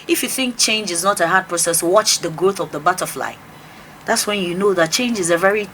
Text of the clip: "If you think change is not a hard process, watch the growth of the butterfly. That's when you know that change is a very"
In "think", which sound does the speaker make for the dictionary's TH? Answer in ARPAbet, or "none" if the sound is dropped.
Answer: TH